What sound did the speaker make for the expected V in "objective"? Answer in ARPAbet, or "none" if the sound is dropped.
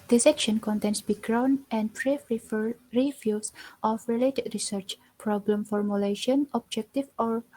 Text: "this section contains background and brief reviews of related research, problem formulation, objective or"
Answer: F